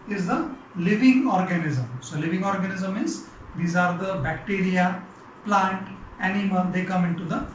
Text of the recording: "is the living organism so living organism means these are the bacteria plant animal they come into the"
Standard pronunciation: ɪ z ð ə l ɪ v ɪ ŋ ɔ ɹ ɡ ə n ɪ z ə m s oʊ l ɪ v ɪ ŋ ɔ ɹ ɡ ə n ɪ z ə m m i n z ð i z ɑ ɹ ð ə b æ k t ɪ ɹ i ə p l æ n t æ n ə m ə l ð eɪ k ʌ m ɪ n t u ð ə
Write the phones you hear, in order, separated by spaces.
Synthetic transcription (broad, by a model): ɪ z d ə l ɪ v ɪ ŋ ɔ ɹ ɡ ə n ɪ z ə m s oʊ l ɪ v ɪ ŋ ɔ ɹ ɡ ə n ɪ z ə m m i z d i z ɑ ɹ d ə b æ k t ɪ ɹ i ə p l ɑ n t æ n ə m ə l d eɪ k ʌ m ɪ n t u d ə